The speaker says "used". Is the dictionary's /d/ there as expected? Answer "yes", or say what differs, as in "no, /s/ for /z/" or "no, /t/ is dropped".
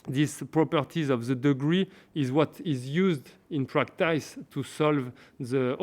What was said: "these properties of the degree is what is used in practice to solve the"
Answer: yes